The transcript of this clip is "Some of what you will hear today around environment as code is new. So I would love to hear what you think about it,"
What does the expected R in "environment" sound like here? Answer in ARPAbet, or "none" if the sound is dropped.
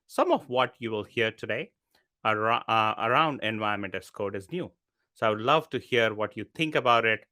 none